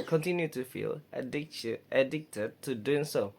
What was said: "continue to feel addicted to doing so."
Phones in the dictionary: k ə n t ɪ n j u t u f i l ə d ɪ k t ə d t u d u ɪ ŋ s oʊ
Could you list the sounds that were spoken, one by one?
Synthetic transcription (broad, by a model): k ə n t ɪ n j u t u f i l ə d ɪ k t ə d t u d u ɪ ŋ s oʊ